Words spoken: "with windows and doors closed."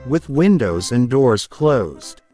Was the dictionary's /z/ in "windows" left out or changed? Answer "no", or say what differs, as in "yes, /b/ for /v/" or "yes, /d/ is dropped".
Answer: no